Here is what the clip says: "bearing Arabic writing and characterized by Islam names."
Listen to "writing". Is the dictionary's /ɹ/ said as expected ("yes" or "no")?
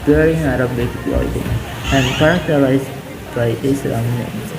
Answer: no